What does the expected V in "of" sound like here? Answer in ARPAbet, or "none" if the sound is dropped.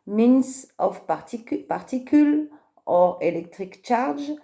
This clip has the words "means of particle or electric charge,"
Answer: P